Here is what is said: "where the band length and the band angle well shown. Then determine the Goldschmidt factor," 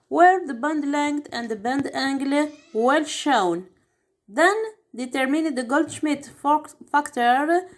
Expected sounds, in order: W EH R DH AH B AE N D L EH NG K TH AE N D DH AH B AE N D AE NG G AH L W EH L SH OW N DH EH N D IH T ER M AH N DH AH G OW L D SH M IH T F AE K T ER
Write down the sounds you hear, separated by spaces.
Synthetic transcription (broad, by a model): W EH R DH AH B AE N D L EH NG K T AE N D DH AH B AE N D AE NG G L W EH L SH OW N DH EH N D IH T ER M AH N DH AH G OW L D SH M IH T F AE K T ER